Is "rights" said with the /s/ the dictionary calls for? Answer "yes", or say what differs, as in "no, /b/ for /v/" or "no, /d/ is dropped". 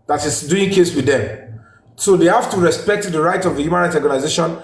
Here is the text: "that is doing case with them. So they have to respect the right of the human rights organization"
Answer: no, /s/ is dropped